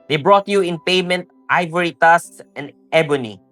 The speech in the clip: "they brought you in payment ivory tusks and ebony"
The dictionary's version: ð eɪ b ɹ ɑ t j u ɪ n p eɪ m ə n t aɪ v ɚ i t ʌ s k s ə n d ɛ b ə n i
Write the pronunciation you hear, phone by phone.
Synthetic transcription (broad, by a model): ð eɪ b ɹ ɑ t j u ɪ n p eɪ m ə n t aɪ v ɚ i t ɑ s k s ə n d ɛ b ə n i